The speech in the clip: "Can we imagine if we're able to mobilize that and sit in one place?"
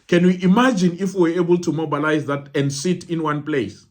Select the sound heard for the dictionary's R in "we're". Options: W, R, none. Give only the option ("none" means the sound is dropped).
W